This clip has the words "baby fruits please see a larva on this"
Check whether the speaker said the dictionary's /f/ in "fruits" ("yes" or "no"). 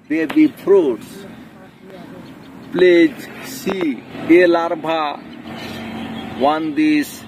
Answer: no